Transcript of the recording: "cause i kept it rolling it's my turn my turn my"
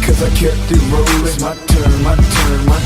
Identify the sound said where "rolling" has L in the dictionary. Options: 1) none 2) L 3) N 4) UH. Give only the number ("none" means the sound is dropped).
1